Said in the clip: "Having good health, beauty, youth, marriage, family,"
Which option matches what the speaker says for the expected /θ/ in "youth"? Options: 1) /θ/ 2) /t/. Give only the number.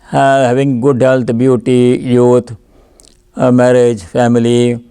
2